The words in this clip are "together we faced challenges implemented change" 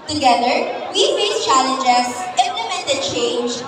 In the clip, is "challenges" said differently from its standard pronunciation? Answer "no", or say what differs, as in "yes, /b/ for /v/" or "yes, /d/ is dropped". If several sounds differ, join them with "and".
yes, /s/ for /z/